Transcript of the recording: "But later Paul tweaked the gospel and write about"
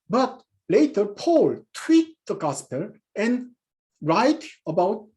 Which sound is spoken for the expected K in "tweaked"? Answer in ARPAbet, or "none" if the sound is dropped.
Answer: none